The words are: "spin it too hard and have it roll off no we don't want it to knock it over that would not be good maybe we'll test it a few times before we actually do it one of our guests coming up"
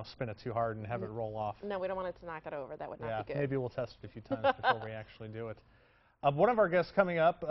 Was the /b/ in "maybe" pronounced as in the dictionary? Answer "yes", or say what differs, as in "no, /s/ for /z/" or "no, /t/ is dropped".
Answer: yes